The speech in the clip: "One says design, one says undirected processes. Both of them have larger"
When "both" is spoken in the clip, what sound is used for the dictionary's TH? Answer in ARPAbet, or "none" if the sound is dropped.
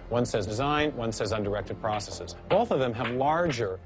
TH